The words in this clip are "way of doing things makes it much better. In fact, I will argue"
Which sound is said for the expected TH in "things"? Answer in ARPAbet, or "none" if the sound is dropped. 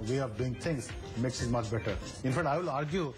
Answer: T